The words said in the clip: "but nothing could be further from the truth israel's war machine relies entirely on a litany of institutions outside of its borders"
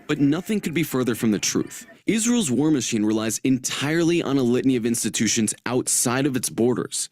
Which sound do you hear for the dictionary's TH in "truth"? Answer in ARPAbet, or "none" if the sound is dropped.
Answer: TH